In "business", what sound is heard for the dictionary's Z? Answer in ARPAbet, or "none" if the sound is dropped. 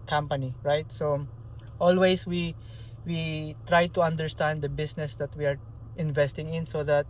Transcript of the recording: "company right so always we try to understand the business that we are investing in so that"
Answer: S